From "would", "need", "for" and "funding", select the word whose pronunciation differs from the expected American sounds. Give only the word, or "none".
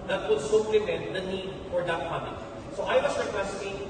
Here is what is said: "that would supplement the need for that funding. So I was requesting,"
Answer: funding